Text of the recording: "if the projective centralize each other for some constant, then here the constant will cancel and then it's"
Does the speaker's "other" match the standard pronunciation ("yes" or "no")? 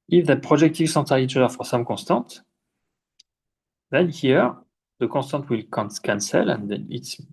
no